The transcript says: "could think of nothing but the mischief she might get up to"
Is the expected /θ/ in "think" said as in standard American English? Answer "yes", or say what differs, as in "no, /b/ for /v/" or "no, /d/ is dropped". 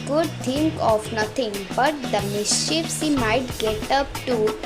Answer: no, /t/ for /θ/